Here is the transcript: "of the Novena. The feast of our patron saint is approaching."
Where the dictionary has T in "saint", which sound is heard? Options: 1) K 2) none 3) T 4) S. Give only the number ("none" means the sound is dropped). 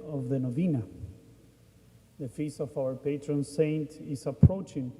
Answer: 3